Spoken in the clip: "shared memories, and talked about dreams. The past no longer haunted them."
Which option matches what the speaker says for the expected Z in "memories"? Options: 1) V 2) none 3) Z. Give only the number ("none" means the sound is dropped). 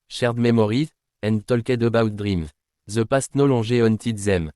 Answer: 2